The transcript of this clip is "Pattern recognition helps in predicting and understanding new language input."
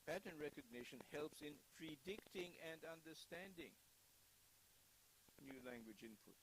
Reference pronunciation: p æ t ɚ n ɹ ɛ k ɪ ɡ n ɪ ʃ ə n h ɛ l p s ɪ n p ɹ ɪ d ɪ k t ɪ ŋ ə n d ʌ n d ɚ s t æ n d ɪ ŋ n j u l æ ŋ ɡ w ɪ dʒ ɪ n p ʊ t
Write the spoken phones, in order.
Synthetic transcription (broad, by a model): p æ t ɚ n ɹ ɛ k ɪ ɡ n ɪ ʃ ə n h ɛ l p s ɪ n p ɹ ɪ d ɪ k t ɪ ŋ ə n d ʌ n d ɚ s t æ n d ɪ ŋ n j u l æ ŋ ɡ w ɪ dʒ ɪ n p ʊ t